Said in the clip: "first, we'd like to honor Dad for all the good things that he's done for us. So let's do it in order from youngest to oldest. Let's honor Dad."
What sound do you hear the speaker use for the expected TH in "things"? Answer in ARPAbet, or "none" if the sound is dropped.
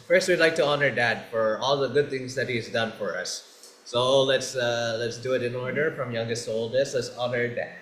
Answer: T